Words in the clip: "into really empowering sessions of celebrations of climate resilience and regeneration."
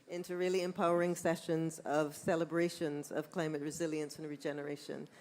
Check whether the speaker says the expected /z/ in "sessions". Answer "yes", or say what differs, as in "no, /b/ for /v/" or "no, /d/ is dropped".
yes